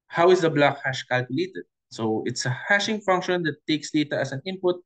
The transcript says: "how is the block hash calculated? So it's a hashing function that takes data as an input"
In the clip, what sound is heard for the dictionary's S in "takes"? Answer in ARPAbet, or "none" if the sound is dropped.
S